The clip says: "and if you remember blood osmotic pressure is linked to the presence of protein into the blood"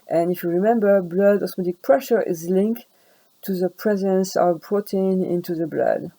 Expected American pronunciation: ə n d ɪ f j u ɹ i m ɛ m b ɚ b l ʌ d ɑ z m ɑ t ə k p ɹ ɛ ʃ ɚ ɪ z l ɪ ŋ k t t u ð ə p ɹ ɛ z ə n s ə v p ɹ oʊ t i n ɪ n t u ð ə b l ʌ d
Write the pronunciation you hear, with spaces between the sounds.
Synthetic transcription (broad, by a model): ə n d ɪ f j u ɹ i m ɛ m b ɚ b l ʌ d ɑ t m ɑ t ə k p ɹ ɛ ʃ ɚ ɪ z l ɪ ŋ k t t u ð ə p ɹ ɛ z ə n s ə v b ɹ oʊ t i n ɪ n t u ð ə b l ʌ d